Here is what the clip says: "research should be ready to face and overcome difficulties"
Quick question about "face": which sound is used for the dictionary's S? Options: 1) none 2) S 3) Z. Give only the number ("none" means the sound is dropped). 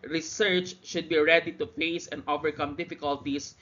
2